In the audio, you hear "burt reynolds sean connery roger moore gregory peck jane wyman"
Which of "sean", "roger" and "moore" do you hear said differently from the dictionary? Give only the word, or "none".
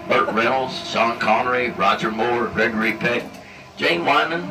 sean